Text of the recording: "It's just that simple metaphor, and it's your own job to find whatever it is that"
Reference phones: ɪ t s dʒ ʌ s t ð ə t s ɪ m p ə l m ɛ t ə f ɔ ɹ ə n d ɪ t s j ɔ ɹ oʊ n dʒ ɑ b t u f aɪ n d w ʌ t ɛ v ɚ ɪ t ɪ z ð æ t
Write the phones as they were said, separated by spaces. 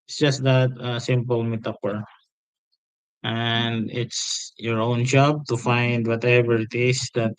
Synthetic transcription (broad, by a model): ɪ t s dʒ ʌ s t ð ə t s ɪ m p ə l m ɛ t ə p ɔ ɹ ə n d ɪ t s j ɔ ɹ oʊ n dʒ ɑ b t u f aɪ n d w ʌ t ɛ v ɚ ɪ t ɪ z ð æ t